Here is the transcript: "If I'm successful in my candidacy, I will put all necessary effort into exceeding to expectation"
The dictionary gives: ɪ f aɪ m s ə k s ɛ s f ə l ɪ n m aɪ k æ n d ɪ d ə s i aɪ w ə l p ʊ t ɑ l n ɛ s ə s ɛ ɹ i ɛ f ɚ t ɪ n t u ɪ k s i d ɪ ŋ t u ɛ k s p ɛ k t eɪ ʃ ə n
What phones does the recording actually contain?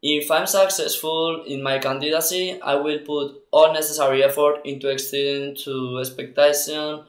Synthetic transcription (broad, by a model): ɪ f aɪ m s ə k s ɛ s f ə l ɪ n m aɪ k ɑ n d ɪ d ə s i aɪ w ə l p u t ɑ l n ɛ s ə s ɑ ɹ i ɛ f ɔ t ɪ n t u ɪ k s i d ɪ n t u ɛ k s p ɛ k t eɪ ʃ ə n